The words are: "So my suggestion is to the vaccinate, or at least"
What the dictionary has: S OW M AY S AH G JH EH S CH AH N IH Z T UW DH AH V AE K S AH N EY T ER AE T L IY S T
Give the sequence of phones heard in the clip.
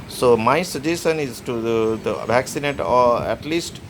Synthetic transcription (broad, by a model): S OW M AY S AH JH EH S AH N IH Z T UW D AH V AE K S AH N EY T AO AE T L IY S T